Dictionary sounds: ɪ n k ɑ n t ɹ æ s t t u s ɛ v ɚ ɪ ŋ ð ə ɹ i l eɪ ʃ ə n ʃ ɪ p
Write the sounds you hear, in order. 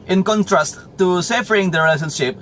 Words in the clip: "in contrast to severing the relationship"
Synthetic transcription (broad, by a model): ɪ n k ɑ n t ɹ æ s t t u s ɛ f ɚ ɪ ŋ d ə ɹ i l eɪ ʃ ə n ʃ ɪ p